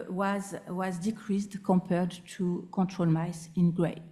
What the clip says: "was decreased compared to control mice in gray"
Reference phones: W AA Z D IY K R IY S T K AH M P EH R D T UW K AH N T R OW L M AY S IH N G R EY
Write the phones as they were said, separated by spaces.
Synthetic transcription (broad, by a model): W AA Z D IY K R IY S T K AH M P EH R D T UW K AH T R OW L M AY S IH N G R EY